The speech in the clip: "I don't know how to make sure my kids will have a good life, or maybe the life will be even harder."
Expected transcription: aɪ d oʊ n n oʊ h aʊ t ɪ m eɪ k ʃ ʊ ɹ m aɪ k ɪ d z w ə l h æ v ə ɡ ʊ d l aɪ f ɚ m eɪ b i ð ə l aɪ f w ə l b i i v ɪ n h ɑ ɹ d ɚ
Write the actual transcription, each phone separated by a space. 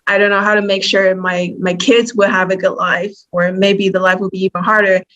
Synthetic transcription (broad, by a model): aɪ d oʊ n n oʊ h aʊ t ɪ m eɪ k ʃ ʊ ɹ m aɪ k ɪ d z w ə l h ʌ v ə ɡ ʊ d l aɪ f ɚ m eɪ b i ð ə l aɪ f w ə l b i i v ɪ n h ɑ ɹ d ɚ